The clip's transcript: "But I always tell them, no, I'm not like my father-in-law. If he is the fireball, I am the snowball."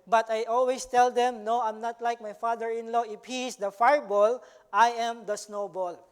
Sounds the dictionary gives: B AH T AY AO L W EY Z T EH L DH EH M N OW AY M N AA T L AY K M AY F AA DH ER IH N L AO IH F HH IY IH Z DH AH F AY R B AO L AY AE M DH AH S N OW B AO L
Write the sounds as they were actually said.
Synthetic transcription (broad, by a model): B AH T AY AO L W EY S T EH L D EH M N OW AY M N AA T L AY K M AY F AA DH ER IH N L AO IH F HH IY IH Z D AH F AY R B AO L AY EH M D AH S N OW B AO L